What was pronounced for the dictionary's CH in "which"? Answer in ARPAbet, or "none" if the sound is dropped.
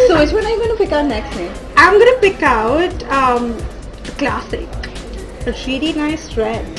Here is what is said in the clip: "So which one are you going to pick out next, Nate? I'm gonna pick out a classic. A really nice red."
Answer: S